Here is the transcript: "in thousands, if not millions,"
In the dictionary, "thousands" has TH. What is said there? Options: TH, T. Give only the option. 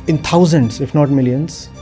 T